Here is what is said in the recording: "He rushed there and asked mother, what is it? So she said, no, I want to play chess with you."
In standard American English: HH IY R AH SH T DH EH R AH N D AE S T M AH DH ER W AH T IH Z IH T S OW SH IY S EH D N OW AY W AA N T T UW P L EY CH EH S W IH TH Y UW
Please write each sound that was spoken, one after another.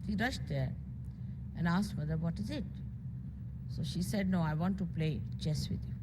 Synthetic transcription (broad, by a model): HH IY R AH SH T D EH R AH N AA S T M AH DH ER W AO T IH Z IH T S OW SH IY S EH D N OW AY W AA N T T UW P L EY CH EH S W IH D Y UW